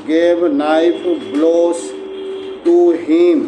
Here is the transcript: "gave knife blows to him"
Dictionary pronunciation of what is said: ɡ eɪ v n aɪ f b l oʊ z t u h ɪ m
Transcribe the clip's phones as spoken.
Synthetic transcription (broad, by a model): ɡ eɪ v n aɪ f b l oʊ s t u h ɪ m